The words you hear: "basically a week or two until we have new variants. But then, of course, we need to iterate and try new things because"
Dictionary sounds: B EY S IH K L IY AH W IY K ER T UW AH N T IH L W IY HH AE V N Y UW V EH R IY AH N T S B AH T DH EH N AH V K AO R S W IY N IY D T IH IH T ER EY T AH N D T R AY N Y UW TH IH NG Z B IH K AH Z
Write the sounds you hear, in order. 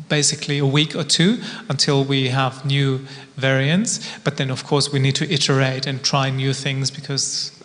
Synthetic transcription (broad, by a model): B EY S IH K L IY AH W IY K ER T UW AH N T IH L W IY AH V N Y UW V EH R IY AH N T S B AH T DH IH N AH V K AO R S W IY N IY D T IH IH T ER EY T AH N T R AY N Y UW TH IH NG Z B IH K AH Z